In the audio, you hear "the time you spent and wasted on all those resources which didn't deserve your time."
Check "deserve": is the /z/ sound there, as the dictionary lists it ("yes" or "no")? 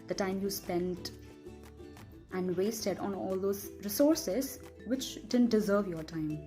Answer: yes